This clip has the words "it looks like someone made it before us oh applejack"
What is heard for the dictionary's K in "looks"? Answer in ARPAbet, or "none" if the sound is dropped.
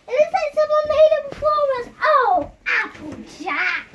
none